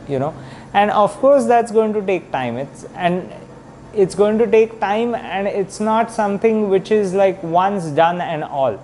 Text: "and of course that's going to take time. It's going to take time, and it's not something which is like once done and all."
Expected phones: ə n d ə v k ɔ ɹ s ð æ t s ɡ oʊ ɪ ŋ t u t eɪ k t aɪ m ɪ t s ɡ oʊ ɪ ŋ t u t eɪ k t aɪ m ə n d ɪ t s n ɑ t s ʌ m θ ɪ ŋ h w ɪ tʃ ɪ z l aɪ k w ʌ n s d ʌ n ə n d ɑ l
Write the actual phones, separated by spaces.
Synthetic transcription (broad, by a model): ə n d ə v k ɔ ɹ s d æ t s ɡ oʊ ɪ ŋ t u t eɪ k t aɪ m ɪ t s ɡ oʊ ɪ ŋ t u t eɪ k t aɪ m ə n d ɪ t s n ɑ t s ʌ m t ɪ ŋ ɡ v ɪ tʃ ɪ z l aɪ k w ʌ n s d ʌ n ə n d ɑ l